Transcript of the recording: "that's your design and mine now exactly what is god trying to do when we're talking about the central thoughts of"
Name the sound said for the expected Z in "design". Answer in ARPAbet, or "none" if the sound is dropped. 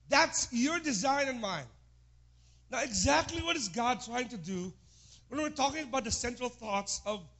Z